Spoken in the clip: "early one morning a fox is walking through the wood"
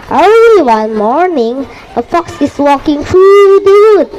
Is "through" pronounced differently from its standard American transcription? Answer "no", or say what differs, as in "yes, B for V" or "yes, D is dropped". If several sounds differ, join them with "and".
yes, F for TH